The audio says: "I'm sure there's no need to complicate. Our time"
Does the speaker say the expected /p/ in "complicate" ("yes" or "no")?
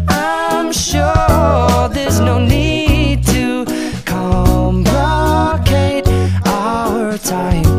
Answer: no